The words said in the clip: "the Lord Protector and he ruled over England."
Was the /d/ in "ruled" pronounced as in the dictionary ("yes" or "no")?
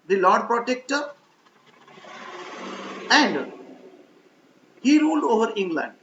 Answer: yes